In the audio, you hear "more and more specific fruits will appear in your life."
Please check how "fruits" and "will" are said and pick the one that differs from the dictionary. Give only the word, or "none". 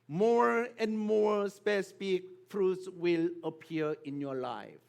none